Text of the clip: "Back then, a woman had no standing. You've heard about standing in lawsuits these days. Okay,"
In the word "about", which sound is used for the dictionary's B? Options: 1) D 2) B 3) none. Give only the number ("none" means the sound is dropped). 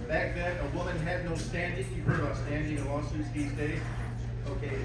3